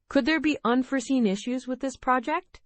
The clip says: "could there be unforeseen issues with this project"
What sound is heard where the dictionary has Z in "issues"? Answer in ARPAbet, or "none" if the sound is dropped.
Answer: Z